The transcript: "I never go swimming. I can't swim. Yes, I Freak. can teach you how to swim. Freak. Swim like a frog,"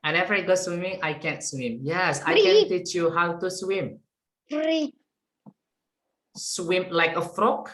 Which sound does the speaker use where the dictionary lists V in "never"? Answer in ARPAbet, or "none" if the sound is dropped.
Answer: F